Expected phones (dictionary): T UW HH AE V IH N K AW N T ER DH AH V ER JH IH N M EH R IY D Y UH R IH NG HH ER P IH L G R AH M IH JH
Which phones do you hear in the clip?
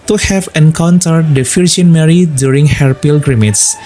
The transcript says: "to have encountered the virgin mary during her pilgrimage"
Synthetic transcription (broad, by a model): T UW HH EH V IH N K AW N T ER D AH F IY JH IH N M EH R IY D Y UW R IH NG HH ER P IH L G R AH M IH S